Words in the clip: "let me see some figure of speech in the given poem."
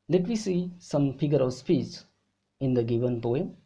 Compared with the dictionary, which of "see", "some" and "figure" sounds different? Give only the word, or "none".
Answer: figure